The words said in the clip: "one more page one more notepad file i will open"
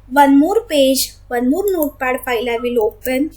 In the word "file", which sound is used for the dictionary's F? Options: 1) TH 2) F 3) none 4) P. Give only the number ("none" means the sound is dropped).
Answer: 4